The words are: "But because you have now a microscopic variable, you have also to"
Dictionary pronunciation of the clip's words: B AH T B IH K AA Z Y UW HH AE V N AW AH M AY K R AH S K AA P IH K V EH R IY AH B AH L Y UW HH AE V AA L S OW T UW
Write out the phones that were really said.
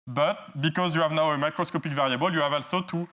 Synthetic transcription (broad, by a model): B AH T B IH K AA Z Y UW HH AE V N AW AH M AY K R AH S K AA P IH K V EH R IY AH B AH L Y UW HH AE V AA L S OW T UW